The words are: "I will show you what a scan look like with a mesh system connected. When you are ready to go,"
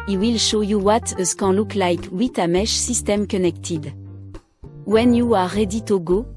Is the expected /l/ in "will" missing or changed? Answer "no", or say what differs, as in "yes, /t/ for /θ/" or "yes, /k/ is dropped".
no